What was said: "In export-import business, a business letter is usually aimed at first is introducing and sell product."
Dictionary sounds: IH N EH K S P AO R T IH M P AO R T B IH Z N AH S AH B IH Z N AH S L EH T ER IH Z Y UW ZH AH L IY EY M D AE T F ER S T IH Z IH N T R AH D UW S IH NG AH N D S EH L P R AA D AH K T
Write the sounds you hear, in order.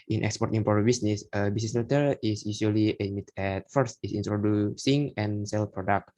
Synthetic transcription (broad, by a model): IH N EH K S P AO R T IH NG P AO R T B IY S N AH S AH B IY S N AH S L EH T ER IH S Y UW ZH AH L IY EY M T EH T F ER S T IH S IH N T R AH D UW S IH NG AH N S EH L P R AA D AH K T